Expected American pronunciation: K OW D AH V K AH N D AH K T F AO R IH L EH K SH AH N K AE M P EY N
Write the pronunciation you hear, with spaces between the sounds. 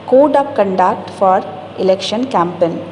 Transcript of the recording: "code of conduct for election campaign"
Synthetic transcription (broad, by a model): K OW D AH P K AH N D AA K T F AO R IH L EH K SH AH N K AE M P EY N